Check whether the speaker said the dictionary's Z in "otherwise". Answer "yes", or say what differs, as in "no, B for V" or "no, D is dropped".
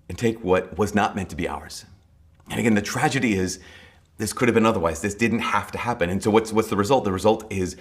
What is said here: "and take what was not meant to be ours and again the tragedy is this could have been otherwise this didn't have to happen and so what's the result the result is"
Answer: yes